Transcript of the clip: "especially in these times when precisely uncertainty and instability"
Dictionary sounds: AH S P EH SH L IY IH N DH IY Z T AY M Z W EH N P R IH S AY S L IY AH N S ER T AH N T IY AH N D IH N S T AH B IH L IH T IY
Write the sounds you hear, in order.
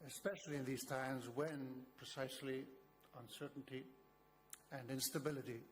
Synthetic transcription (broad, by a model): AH S P EH SH L IY IH N DH IY Z T AY M Z W EH N P R IH S AY S L IY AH N S ER T N T IY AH N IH N S T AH B IH L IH T IY